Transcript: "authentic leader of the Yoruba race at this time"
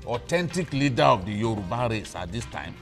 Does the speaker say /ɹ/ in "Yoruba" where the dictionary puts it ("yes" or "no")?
yes